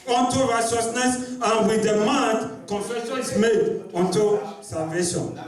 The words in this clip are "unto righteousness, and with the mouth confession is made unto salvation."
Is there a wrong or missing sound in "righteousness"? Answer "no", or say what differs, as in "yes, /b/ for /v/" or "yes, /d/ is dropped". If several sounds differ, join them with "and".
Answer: yes, /s/ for /tʃ/